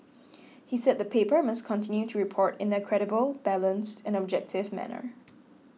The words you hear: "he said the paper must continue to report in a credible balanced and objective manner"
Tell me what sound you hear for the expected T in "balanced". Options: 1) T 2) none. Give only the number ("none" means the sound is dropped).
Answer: 1